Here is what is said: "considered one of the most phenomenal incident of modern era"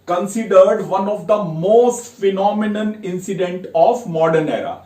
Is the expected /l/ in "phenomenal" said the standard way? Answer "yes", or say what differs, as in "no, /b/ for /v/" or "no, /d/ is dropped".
no, /n/ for /l/